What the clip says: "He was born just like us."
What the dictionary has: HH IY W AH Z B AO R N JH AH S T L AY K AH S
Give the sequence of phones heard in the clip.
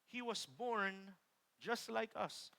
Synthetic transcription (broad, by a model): HH IY W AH S B AO R N JH AH S T L AY K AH S